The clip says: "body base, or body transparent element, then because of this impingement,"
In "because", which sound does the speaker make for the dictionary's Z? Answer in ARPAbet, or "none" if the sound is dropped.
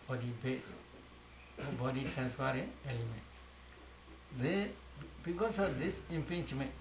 S